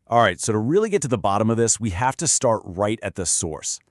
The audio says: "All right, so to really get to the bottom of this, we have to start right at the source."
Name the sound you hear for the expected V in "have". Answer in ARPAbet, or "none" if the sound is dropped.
F